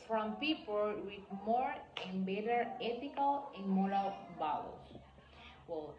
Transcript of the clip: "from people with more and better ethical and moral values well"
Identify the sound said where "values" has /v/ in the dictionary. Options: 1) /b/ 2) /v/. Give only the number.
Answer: 1